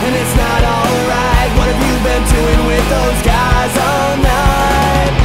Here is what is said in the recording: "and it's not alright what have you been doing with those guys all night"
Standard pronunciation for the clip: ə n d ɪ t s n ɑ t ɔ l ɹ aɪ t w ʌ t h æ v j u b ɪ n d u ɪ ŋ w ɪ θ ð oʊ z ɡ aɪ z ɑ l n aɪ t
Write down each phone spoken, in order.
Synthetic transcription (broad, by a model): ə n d ɪ t s n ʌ t ɔ l ɹ aɪ t w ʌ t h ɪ v j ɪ b ɪ n d u ɪ ŋ w ɪ ð oʊ z ɡ aɪ z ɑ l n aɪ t